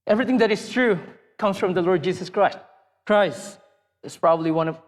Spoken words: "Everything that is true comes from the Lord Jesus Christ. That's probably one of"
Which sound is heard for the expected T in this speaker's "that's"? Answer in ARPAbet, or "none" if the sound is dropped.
S